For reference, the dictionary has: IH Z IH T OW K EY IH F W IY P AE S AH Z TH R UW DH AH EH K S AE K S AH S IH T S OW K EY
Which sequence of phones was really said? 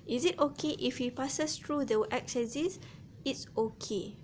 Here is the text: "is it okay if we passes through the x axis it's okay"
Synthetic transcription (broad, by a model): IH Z IH T OW K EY IH F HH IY P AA S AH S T R UW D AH EH K S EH S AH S IH T S OW K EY